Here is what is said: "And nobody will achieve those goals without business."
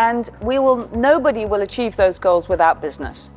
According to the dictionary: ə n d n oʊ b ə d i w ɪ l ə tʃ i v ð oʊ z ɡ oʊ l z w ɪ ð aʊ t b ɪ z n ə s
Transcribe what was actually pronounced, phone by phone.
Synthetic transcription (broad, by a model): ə n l n oʊ b ə d i w ɪ l ə tʃ i v ð oʊ z ɡ oʊ l z w ɪ ð aʊ t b ɪ z n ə s